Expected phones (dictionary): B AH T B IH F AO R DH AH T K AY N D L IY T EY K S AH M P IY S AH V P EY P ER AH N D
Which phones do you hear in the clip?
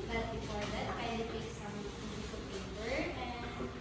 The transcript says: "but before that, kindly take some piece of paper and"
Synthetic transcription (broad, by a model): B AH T B IH F AO R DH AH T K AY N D IY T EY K S AH M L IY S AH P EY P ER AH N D